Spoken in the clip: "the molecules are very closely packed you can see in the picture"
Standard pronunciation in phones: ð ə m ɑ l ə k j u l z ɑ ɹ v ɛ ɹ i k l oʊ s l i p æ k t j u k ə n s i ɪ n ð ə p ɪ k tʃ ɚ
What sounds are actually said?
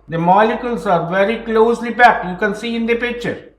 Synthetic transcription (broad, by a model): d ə m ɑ l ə k j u l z ɑ ɹ v ɛ ɹ i k l oʊ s l i b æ k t j u k ə n s i ɪ n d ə p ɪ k tʃ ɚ